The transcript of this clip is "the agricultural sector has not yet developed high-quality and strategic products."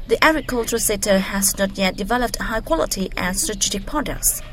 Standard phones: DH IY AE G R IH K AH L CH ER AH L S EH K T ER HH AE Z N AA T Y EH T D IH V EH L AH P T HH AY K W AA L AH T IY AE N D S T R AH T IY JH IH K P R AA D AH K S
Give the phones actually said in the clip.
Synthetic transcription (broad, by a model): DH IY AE G R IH K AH L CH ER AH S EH T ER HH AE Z N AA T Y EH T D IH V EH L AH P T HH AY K W AA L AH T IY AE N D S T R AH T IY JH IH K P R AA D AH K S